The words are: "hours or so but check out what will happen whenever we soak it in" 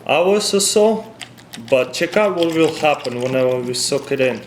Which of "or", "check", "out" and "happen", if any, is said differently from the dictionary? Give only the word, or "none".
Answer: or